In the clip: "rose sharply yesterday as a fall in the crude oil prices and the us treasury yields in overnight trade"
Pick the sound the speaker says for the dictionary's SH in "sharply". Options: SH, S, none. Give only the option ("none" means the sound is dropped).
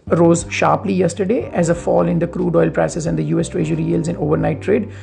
SH